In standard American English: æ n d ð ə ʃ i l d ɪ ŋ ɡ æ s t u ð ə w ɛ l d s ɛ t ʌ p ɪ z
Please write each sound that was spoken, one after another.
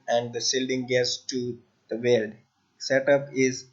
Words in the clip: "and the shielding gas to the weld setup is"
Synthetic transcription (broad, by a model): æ n d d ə s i l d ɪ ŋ ɡ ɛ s t u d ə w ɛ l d s ɛ t ʌ p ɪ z